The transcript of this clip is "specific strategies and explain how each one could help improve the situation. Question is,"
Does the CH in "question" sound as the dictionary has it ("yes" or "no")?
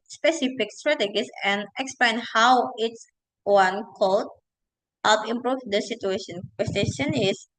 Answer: no